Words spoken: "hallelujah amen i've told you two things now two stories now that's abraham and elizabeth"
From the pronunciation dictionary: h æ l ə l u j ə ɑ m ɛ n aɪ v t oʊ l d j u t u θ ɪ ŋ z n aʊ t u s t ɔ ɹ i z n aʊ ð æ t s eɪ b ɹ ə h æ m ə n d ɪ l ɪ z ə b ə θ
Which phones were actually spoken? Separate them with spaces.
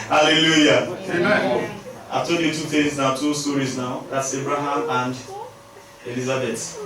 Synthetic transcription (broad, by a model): h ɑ l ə l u j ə ɑ ɪ t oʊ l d j u t u t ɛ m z n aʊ t u s t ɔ ɹ i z n aʊ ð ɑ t s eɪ b ɹ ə h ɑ m ə n d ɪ l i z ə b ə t